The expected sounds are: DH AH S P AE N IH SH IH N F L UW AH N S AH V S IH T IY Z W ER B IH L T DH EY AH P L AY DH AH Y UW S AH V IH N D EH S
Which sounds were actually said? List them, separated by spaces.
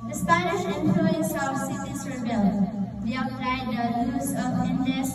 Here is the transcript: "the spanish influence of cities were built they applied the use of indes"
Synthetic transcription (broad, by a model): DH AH S P AE N IH SH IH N P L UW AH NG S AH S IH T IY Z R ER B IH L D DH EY AH P L AY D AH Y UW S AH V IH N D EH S